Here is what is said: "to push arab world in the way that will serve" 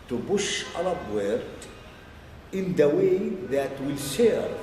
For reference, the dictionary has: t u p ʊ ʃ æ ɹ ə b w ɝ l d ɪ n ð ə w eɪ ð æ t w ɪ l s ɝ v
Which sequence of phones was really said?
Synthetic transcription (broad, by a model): t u b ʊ ʃ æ l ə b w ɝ d ɪ n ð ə w eɪ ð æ t w ɪ l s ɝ